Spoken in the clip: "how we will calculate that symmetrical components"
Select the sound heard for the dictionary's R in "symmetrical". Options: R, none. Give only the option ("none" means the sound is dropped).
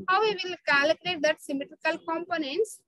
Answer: R